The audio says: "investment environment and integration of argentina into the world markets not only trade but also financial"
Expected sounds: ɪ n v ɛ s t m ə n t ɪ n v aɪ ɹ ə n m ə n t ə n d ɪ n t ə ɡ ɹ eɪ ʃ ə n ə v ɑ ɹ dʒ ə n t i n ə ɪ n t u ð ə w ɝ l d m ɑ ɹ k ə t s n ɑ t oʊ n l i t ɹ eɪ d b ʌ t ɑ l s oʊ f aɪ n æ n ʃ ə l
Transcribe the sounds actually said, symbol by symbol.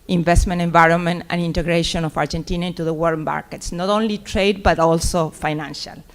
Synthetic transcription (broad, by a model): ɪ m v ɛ s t m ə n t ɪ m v aɪ ɹ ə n m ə n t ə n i n t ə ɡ ɹ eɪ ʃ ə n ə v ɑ ɹ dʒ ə n t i n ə ɪ n t u ð ə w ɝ d m ɑ ɹ k ə t s n ɑ t oʊ n l i t ɹ eɪ d b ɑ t ɑ l s oʊ f aɪ n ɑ n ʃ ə l